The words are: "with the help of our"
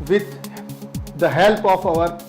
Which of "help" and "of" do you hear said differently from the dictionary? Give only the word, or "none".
of